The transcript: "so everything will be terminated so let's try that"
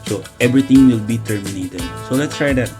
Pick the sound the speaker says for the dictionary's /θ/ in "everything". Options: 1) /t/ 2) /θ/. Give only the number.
1